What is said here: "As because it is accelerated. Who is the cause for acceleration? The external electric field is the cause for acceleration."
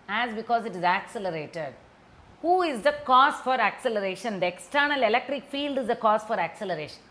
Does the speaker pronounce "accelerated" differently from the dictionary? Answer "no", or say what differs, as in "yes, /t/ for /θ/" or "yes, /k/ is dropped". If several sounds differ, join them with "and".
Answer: no